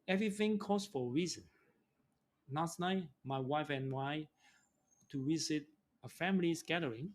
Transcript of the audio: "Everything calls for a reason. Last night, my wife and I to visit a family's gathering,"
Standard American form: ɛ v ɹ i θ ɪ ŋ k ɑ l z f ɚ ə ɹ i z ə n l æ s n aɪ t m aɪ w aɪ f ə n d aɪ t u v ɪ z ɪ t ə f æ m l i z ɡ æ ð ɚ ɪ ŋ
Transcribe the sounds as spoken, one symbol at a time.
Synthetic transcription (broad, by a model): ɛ v ɹ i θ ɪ ŋ k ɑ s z f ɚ ə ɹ i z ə n n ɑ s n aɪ m aɪ w aɪ f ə n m aɪ t u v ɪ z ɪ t ə f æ m l i s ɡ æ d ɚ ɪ ŋ